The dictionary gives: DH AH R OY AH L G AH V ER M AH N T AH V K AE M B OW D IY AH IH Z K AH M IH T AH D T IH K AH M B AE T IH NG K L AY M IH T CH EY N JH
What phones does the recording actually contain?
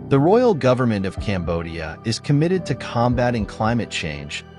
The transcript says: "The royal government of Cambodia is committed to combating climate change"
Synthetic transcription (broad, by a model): DH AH R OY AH L G AH V ER M AH N T AH V K AE M B OW D IY AH IH Z K AH M IH T AH D T IH K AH M B AE T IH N K L AY M IH T CH EY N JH